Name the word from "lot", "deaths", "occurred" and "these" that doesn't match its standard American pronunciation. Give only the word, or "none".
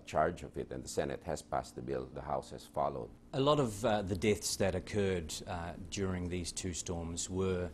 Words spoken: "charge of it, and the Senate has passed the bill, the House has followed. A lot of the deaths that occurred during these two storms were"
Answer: none